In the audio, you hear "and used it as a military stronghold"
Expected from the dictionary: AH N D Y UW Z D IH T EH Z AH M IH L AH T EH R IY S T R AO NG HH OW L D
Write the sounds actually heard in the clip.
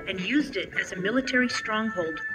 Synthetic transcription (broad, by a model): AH N Y UW Z D IH T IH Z AH M IH L AH T EH R IY S T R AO NG HH OW L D